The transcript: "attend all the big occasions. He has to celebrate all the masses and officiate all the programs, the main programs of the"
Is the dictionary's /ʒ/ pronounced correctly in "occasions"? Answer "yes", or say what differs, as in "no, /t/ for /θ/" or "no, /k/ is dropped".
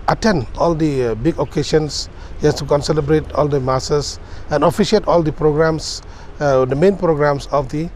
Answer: no, /ʃ/ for /ʒ/